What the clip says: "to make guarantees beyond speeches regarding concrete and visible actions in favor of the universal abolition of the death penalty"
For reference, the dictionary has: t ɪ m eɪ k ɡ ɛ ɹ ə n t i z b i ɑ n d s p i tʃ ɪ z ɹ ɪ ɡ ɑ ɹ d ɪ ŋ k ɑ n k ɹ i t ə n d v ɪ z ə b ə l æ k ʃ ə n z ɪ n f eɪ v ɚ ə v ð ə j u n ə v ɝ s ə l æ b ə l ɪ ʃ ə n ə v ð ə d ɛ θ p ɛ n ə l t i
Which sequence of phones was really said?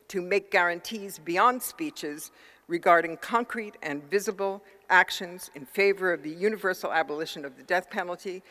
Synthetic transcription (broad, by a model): t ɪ m eɪ k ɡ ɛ ɹ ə n t i z b i ɑ n d s p i tʃ ɪ z ɹ ɪ ɡ ɑ ɹ d ɪ ŋ k ɑ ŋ k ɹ i t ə n v ɪ z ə b l æ k ʃ ə n z ɪ n f eɪ v ɚ ə v ð ə j u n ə v ɝ s l æ b ə l ɪ ʃ ə n ə v ð ə d ɛ θ p ɛ n l t i